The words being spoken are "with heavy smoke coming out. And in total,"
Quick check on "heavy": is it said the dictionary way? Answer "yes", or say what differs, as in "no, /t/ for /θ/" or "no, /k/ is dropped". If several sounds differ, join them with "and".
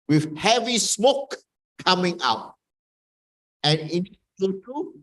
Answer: yes